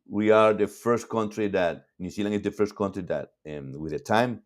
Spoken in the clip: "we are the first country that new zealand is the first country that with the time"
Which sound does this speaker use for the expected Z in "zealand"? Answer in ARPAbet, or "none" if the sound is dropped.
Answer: S